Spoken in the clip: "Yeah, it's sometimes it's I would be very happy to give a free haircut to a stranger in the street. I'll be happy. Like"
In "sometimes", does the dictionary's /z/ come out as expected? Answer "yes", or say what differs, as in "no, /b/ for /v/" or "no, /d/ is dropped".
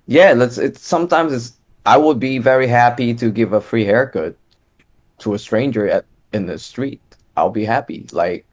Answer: yes